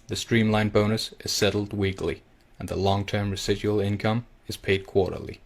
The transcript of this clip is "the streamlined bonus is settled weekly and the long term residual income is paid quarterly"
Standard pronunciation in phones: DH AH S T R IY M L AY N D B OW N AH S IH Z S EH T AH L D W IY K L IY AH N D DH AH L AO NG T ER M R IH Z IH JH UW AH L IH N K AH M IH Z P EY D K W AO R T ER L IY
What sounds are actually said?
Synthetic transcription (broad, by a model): DH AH S T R IY M L AY N B OW N AH S IH Z S EH T L D W IY K L IY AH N DH AH L AO NG T ER M R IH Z IH JH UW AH L IH N K AH M IH Z P EY D K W AO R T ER L IY